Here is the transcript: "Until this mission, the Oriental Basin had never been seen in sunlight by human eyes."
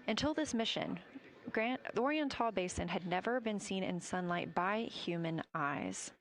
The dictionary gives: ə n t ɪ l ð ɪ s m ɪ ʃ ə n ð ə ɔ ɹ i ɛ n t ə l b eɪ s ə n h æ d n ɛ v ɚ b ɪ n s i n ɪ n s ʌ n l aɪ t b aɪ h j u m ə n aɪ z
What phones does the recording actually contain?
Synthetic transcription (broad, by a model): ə n t ɪ l ð ɪ s m ɪ ʃ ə n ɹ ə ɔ ɹ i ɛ n t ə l b eɪ s ə n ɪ d n ɛ v ɚ b ɪ n s i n ɪ n s ʌ n l aɪ t b aɪ h j u m ə n aɪ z